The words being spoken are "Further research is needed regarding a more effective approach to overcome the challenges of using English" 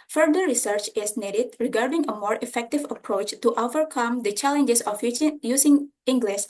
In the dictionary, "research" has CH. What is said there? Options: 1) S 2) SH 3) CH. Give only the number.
3